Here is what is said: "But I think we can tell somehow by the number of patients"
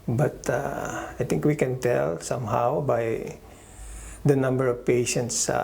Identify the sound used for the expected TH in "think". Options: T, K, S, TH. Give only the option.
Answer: T